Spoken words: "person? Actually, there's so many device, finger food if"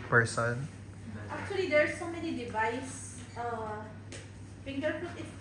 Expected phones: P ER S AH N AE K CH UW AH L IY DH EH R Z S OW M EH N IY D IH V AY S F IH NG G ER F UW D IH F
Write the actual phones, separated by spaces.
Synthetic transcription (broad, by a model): P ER S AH N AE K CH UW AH L IY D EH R S OW M EH N IY D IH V AY S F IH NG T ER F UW IH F